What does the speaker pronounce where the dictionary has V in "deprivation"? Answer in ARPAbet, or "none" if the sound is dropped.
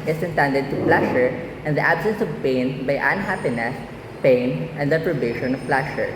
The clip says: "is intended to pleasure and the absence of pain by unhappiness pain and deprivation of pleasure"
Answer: B